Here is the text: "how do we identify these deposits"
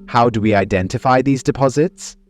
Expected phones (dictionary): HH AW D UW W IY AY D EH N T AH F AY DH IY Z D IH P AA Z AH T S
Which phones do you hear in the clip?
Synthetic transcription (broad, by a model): HH AW D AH W IY AY D EH N T AH F AY DH IY Z D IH P AA Z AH T S